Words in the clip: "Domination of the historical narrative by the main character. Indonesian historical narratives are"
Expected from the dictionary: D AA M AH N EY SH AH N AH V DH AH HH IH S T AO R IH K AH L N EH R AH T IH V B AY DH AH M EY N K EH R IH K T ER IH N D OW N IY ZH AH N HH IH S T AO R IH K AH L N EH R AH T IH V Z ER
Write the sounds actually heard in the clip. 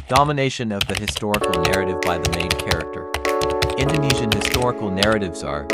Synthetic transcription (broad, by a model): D AA M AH N EY SH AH N AH V DH AH HH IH S T AO R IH K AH L N EH R AH T IH V B AY DH AH M EY N K EH R IH K T ER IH N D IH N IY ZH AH N HH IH S T AO R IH K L N EH R AH T IH V Z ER